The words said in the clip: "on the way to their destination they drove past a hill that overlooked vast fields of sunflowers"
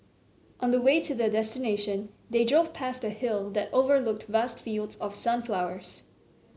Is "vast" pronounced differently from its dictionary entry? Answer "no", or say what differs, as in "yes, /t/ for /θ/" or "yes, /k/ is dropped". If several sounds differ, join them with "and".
no